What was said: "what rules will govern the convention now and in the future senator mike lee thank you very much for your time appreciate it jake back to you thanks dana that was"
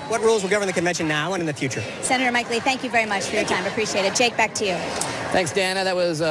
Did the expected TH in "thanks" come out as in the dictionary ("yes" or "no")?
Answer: yes